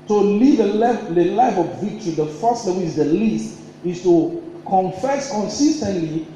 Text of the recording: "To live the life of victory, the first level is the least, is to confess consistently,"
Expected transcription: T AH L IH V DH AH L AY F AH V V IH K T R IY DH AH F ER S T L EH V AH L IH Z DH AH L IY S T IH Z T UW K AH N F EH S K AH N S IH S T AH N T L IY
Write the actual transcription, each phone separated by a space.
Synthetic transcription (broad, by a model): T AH L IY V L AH L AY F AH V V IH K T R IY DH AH F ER S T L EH W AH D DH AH L IY S T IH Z T UW K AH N F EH S K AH N S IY S T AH N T L IY